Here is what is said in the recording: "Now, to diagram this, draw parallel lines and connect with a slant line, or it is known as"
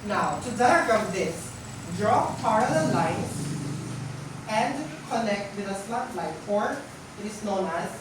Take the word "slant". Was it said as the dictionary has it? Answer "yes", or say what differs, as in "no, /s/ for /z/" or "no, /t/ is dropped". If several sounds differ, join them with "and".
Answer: no, /n/ is dropped